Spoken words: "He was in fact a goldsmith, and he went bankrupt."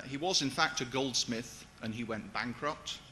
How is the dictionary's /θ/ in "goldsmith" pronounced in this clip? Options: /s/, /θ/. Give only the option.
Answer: /θ/